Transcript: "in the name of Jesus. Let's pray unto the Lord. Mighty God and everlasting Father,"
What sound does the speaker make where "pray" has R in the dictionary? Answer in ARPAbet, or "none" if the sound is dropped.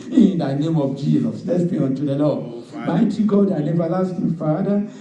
none